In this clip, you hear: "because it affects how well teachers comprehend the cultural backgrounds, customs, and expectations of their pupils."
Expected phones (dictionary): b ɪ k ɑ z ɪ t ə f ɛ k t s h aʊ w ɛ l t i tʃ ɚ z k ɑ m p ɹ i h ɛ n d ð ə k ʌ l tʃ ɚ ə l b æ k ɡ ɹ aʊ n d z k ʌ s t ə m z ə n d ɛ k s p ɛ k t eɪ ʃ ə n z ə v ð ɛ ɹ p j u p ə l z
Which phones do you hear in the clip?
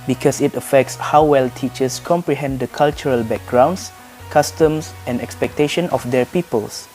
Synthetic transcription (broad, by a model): b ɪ k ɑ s ɪ t ə f ɛ k t s h aʊ w ɛ l t i tʃ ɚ s k ɑ m p ɹ i h ɛ n d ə k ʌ l tʃ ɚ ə l b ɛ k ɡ ɹ aʊ n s k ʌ s t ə m s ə n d ɛ k s p ɛ k t eɪ ʃ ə n ə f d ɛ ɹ p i p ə l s